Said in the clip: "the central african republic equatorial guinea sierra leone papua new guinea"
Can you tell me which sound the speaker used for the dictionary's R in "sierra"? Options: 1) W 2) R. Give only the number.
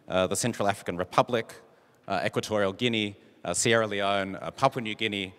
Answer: 2